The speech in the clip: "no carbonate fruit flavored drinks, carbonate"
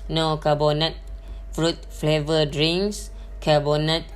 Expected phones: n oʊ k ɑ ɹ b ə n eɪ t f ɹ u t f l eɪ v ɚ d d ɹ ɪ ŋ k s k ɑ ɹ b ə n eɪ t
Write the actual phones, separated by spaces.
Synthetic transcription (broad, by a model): n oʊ k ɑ b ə n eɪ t f ɹ u t f l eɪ v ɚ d d ɹ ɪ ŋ s k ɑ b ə n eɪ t